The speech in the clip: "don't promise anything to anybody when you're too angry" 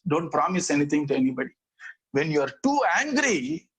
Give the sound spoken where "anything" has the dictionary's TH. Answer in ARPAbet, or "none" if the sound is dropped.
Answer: T